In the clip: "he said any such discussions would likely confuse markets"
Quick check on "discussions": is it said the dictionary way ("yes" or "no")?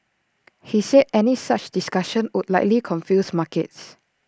no